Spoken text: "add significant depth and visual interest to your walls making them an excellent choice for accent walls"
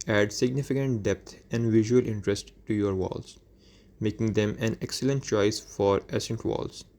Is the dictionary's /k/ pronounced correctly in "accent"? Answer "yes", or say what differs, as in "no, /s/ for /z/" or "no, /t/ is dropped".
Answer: no, /k/ is dropped